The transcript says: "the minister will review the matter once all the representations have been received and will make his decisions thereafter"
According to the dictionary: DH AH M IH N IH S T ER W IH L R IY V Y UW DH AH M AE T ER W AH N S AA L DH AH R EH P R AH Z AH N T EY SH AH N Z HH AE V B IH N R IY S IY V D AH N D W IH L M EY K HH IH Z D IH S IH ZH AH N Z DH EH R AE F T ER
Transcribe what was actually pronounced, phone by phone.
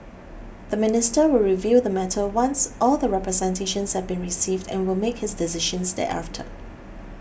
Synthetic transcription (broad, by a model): DH AH M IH N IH S T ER W IH L R IY V Y UW DH AH M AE T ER W AH N S AA L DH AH R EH P R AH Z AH N T EY SH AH N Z HH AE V B IH N R IY S IY V D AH N W IH L M EY K HH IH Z D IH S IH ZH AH N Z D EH AE F T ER